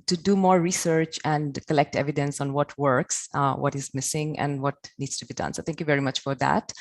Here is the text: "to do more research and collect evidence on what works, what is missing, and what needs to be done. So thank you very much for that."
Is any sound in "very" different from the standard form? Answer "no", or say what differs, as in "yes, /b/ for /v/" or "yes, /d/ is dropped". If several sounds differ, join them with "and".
no